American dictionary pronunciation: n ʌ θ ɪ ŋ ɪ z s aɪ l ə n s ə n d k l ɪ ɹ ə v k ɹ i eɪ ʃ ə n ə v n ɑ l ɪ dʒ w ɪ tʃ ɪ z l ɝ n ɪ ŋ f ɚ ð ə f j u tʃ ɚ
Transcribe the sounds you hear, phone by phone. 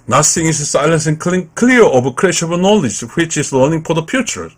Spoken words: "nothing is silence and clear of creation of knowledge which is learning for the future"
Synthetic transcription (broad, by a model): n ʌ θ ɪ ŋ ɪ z s aɪ l ə n s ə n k k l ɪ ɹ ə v k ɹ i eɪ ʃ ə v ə n ɑ l ɪ dʒ w ɪ tʃ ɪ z l ɝ n ɪ ŋ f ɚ ð ə f j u tʃ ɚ